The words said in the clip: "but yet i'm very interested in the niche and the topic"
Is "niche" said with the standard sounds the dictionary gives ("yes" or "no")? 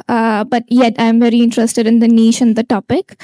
no